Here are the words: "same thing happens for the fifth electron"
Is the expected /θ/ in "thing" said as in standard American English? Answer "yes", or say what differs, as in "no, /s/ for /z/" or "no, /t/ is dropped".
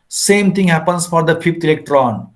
no, /t/ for /θ/